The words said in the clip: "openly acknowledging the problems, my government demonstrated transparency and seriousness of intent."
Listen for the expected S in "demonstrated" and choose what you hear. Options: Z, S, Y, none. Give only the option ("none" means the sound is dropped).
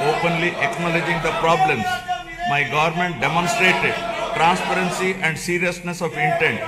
S